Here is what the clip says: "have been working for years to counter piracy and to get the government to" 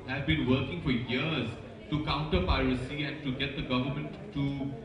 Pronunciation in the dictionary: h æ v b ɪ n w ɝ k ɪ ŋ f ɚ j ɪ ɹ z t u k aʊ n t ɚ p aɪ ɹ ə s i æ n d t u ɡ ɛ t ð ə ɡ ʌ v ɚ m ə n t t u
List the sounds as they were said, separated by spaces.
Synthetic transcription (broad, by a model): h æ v b ɪ n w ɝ k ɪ ŋ f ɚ j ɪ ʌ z t u k aʊ n t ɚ p aɪ ɹ ə s i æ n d t u ɡ ɛ t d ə ɡ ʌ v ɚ m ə n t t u